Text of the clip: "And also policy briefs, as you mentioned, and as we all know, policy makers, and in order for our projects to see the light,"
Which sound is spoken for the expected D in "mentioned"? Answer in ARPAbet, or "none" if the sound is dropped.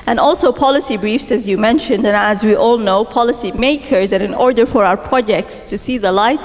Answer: D